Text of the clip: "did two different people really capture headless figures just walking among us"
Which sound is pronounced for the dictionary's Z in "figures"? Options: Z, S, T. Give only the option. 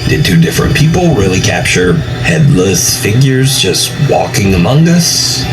Z